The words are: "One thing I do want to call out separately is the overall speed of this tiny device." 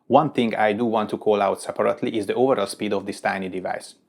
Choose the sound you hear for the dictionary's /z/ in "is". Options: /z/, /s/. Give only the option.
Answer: /z/